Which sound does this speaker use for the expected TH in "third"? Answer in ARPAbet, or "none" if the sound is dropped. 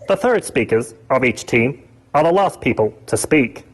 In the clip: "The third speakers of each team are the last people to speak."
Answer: TH